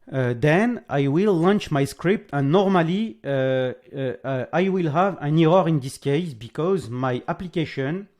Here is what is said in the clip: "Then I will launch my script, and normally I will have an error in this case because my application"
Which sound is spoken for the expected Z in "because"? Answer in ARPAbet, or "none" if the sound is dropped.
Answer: Z